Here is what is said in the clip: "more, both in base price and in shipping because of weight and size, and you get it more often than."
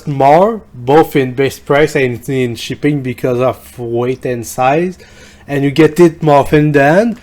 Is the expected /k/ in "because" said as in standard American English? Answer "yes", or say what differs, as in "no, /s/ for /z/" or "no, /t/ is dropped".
yes